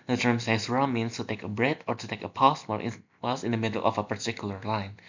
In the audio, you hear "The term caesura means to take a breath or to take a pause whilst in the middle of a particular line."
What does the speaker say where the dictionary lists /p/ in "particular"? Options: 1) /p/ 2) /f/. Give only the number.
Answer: 1